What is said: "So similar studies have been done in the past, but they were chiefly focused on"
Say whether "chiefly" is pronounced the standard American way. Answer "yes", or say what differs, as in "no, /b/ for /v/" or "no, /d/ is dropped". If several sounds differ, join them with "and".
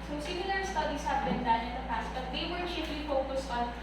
no, /ʃ/ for /tʃ/